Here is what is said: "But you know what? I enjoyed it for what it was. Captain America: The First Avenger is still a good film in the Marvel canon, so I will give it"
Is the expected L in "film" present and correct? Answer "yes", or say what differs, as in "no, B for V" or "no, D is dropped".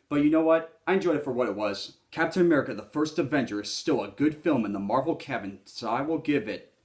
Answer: yes